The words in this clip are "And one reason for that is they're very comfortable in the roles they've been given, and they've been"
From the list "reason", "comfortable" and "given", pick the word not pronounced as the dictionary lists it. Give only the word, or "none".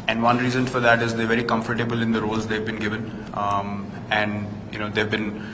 none